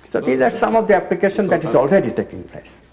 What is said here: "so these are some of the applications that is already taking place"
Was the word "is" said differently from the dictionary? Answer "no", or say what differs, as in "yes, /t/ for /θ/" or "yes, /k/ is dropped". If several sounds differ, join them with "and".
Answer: no